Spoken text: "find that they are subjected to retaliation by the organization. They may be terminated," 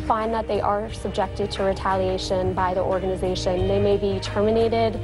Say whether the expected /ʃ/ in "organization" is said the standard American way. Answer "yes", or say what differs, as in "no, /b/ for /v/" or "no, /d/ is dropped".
yes